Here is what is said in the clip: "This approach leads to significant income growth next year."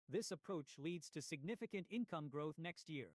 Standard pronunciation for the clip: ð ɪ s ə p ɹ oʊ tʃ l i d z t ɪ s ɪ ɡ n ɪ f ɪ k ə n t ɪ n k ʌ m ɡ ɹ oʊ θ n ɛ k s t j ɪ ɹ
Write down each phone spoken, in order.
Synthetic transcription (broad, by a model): ð ɪ s ə p ɹ oʊ tʃ l i d z t ɪ s ɪ ɡ n ɪ f ɪ k ə n t ɪ n k ʌ m ɡ ɹ oʊ θ n ɛ k s t j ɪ ɹ